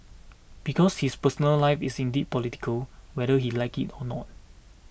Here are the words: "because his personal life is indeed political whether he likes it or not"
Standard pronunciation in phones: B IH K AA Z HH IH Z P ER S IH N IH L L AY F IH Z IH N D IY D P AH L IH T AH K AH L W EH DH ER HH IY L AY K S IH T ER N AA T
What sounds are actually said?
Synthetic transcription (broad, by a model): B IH K AA S HH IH S P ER S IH N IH L L AY F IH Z IH N D IY D P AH L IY T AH K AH L W EH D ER HH IY L AY K IH T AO N AA T